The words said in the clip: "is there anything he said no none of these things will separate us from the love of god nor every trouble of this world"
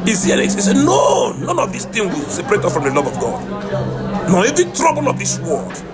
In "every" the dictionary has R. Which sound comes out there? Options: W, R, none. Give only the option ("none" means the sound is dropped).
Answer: none